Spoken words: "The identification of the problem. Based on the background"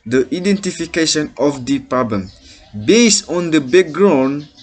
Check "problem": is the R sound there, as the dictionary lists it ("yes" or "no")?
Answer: yes